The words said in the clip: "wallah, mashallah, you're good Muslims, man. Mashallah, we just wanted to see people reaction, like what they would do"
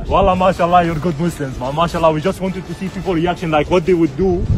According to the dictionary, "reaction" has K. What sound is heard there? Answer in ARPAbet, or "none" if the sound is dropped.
K